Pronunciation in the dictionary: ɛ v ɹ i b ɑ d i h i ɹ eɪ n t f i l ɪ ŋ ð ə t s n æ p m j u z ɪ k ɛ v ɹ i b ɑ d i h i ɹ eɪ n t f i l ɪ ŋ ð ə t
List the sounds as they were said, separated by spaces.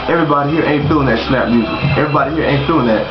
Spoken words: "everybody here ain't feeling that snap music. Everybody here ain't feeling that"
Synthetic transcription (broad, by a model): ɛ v ɹ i b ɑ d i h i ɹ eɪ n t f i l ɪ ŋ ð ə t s l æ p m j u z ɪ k ɛ v ɹ i b ɑ d i h i ɹ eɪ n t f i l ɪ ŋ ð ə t